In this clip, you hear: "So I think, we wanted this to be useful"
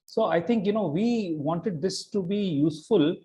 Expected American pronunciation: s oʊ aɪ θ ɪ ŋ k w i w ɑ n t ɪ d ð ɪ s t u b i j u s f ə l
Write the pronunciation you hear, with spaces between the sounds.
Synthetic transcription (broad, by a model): s oʊ aɪ t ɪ ŋ k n i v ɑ n t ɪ d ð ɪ s t u b i j u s f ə l